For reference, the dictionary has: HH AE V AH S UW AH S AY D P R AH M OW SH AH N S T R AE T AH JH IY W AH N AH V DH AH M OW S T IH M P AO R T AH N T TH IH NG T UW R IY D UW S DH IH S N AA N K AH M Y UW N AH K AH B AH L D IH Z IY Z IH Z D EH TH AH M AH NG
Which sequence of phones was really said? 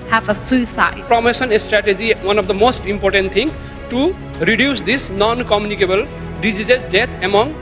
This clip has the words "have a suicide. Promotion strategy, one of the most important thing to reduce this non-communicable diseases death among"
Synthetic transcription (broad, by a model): HH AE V AH S UW AH S AY D P R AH M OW S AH N S T R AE T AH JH IY W AH N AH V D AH M OW S T IH M P AO R T AH N T T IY NG T UW R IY D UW S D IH S N AA N K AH M Y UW N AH K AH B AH L D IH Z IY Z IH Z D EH T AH M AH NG